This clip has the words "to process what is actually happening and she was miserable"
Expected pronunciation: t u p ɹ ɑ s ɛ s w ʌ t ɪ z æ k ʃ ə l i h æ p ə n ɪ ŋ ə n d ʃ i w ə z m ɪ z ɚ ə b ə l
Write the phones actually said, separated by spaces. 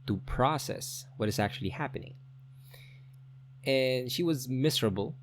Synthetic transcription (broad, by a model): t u p ɹ ɑ s ɛ s w ʌ t ɪ z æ k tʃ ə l i h æ p ə n ɪ ŋ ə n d ʃ i w ə z m ɪ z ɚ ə b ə l